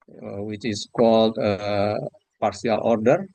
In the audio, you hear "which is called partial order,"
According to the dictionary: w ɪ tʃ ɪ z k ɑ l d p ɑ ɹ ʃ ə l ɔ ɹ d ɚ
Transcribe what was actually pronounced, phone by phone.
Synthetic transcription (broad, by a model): w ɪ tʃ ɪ s k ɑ l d p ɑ ɹ s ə l ɔ ɹ d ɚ